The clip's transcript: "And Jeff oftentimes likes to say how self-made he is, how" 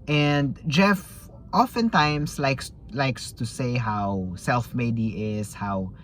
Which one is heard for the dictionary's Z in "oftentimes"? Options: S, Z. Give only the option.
S